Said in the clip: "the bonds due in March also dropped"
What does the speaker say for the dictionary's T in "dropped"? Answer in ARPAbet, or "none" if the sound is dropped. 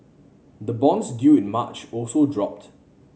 T